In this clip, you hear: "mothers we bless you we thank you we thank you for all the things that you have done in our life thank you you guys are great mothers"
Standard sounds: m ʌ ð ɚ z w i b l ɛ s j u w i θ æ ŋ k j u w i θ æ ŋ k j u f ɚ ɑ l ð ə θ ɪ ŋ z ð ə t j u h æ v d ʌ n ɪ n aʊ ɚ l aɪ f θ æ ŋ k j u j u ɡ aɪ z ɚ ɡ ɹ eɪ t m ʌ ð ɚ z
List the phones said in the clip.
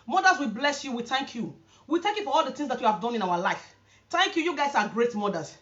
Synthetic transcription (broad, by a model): m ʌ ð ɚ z w i b l ɛ s j u w i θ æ ŋ k j u w i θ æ ŋ k j u f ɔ ɑ l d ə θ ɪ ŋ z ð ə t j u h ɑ v d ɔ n ɪ n aʊ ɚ l aɪ f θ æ ŋ k j u j u ɡ aɪ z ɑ ɡ ɹ eɪ t m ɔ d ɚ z